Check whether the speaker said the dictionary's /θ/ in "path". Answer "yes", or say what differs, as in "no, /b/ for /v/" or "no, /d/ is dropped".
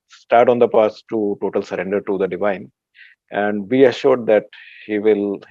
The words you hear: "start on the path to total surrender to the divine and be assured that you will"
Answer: no, /s/ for /θ/